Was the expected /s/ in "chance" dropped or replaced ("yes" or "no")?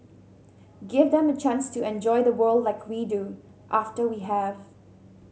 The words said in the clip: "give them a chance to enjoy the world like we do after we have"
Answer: no